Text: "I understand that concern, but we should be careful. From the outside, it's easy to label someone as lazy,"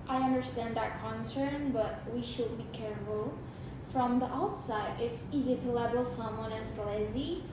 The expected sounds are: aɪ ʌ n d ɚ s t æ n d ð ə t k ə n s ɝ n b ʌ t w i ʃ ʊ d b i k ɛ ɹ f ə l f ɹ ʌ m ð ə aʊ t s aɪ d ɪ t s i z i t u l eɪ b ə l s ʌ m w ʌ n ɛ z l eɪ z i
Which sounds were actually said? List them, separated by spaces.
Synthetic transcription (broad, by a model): aɪ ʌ n d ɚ s t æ n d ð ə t k ə n s ɝ n b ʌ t w i ʃ ʊ d b i k ɛ ɹ f ə l f ɹ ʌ m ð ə aʊ t s aɪ d ɪ t s i z i t u l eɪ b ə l s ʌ m w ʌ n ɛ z l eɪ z i